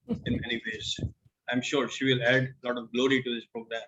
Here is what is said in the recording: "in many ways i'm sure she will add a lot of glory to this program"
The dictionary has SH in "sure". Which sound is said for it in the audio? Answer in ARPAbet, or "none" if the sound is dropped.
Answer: SH